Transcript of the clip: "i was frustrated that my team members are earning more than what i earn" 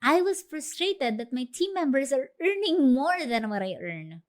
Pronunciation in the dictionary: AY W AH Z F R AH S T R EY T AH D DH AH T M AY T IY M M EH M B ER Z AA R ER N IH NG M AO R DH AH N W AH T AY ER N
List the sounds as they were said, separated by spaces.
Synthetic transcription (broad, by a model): AY W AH S F R AH S T R EY T AH D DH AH T M AY T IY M M EH M B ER S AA R ER N IH NG M AO R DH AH N W AH T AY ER N